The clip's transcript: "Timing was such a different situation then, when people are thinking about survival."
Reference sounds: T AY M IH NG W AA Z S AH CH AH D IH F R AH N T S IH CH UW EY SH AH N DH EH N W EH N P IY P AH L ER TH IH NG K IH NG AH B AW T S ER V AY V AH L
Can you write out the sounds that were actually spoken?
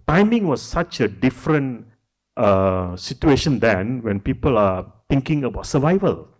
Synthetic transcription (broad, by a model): T AY M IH NG W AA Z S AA CH AH D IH F R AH N T S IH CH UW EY SH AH N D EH N W EH N P IY P AH L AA T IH NG K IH NG AH B AW T S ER V AY V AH L